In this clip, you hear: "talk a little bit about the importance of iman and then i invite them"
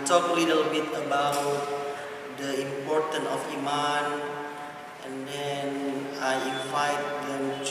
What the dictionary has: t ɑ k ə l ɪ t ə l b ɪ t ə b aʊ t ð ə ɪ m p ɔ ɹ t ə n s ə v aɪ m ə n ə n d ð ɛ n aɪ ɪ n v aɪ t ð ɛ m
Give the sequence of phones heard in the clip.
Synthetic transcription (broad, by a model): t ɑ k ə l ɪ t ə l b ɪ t ə b aʊ t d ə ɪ m p ɔ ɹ t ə n ə f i m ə n ə n d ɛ n aɪ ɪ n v aɪ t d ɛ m